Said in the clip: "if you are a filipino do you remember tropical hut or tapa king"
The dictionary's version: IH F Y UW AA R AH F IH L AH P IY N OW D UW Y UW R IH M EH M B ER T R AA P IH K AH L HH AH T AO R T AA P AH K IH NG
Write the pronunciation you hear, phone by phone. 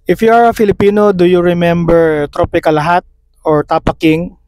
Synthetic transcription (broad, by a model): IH F Y UW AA R AH F IH L AH P IY N OW D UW Y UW R IH M EH M B ER T R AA P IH K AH L HH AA T AO R T AA P AH K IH NG